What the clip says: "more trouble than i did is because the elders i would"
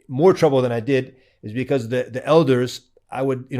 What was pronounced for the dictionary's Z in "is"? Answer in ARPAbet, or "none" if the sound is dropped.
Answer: Z